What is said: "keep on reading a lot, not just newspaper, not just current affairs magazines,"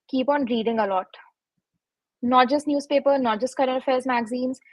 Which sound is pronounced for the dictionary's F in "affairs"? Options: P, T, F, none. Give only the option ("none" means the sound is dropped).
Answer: F